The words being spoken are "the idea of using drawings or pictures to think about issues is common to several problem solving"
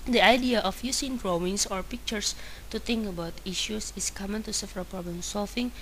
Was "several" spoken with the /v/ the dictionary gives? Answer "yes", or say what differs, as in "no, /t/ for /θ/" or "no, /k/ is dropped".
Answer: no, /f/ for /v/